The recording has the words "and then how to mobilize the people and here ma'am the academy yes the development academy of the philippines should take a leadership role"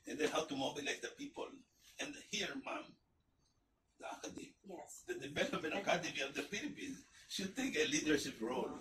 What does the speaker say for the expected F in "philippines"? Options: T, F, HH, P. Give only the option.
P